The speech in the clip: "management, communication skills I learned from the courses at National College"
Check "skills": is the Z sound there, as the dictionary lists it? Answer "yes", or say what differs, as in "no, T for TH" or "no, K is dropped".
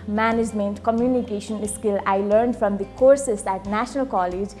no, Z is dropped